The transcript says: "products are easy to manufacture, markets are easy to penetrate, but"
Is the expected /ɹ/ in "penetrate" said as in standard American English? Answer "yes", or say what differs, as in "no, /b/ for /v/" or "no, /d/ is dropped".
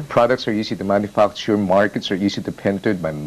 no, /ɹ/ is dropped